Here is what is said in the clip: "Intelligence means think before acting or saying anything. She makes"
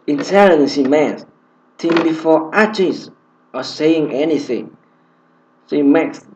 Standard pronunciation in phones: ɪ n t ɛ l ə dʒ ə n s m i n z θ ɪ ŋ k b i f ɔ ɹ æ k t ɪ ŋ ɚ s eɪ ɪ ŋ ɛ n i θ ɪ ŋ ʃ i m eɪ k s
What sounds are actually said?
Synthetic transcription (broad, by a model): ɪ n t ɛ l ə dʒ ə n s m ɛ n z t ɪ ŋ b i f ɔ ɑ t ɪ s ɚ s eɪ ɪ ŋ ɛ n i θ ɪ ŋ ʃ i m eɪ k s